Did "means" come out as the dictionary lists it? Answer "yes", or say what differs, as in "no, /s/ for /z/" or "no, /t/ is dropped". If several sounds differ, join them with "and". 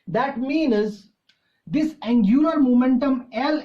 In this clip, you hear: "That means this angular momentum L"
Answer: yes